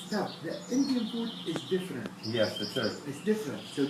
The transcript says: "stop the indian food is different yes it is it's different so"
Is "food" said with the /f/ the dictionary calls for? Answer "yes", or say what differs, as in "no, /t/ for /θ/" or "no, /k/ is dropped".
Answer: no, /p/ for /f/